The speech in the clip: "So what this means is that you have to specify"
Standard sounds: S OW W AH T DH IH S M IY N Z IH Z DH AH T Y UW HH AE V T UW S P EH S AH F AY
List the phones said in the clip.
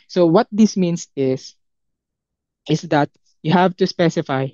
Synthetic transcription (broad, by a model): S OW W AH T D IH S M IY N S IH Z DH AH T Y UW HH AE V T UW S P EH S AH F AY